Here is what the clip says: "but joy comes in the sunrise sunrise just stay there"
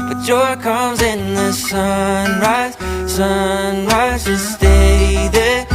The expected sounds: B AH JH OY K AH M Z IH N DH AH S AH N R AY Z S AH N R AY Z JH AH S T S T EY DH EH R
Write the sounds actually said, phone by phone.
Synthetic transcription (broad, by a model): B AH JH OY K AH M Z IH N DH AH S AH N R AY Z S AH N R AY Z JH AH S S T EY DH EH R